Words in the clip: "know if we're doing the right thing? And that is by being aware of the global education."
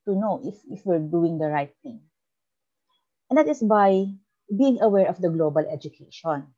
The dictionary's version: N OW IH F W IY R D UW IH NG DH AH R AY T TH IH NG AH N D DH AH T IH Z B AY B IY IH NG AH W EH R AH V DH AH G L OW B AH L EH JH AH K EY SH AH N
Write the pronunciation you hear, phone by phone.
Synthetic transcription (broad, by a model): N OW IH F W IY R D UW IH NG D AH R AY T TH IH NG AH N D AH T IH S B AY B IY IH NG AH W EH R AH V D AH G L OW B AH L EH JH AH K EY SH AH N